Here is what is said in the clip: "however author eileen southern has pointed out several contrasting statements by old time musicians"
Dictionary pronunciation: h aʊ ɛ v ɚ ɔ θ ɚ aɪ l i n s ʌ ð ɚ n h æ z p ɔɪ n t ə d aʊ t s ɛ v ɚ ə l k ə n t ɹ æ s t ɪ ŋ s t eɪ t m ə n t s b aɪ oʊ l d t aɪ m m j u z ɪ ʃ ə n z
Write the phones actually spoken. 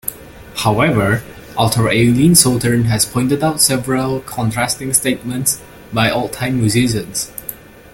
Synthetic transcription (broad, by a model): h aʊ ɛ v ɚ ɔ t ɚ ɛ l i n s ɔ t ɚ n h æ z p ɔɪ n t ə d aʊ t s ɛ v ɚ ə l k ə n t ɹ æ s t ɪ ŋ s t eɪ t m ə n t s b aɪ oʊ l t aɪ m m j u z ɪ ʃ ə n s